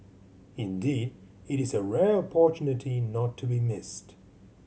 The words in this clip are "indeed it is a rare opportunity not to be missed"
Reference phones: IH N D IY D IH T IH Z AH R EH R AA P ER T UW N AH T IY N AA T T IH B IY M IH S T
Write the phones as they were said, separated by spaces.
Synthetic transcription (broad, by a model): IH N D IY D IH T IH Z AH R EH R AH P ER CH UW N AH T IY N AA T T IH B IY M IH S T